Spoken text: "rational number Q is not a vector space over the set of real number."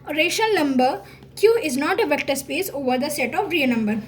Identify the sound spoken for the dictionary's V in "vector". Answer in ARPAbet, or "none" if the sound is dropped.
V